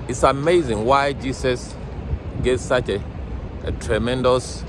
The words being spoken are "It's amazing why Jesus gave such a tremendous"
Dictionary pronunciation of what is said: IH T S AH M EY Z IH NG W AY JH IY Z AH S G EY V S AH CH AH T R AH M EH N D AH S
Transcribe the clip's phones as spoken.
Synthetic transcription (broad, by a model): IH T S AH M EY Z IH NG W AY JH IY S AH S G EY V S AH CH T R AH M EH N D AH S